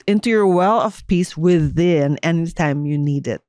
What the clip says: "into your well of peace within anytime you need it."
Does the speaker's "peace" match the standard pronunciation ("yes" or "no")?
yes